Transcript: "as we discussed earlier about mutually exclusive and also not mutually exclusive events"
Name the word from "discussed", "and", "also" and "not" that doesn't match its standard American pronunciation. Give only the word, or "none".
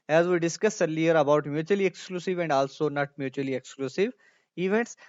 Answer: discussed